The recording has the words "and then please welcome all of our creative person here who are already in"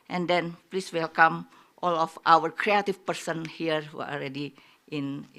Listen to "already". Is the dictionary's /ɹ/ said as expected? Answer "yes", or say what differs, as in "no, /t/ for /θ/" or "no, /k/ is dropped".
no, /l/ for /ɹ/